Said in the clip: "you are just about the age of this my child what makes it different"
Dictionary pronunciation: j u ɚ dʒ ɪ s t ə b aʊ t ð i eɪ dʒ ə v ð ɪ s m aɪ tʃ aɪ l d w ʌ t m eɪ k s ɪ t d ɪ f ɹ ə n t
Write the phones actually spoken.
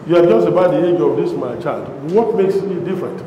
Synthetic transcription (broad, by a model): j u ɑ dʒ ɪ s t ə b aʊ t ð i eɪ dʒ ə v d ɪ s m aɪ tʃ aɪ l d w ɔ t m eɪ k s ɪ t d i f ɹ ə n t